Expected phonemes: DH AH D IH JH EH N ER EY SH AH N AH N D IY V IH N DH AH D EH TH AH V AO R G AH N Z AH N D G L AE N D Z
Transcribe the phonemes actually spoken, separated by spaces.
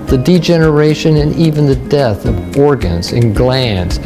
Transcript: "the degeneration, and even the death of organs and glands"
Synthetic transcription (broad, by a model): DH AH D IH JH EH N ER EY SH AH N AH N IY V IH N DH AH D EH TH AH V AO R G AH N Z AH N G L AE N D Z